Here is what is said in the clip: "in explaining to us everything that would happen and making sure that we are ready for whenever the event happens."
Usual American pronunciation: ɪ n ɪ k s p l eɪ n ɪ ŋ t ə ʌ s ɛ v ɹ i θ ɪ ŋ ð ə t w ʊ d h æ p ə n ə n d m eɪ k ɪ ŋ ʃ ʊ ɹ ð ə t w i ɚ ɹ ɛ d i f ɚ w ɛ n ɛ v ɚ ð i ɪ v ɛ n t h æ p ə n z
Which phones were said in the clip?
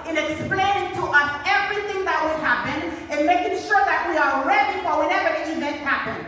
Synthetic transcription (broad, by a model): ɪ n ɪ k s p l eɪ n ɪ ŋ t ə ʌ s ɛ v ɹ i θ ɪ ŋ ð ə t w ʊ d h æ p ə n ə n m eɪ k ɪ ŋ ʃ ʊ ɹ ð ə t w i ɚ ɹ ɛ d i f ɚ w ɛ n ɛ v ɚ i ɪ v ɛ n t h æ p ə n